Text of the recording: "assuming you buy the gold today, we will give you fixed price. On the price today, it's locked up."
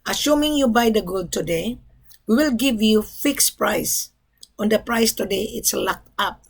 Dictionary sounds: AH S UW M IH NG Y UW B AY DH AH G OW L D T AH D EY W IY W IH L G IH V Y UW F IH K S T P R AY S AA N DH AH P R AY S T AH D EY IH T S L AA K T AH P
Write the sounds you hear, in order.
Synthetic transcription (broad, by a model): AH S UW M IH NG Y UW B AY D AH G OW L D T AH D EY W IY W IH L G IH V Y UW F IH K S P R AY S AA N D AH P R AY S T AH D EY IH T S L AA K T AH P